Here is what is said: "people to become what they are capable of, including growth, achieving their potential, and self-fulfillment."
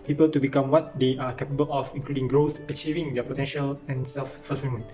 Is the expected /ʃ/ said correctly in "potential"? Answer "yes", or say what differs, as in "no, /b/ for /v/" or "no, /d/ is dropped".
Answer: yes